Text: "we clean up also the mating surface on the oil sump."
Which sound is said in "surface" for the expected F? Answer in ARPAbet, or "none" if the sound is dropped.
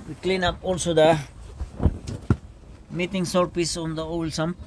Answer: P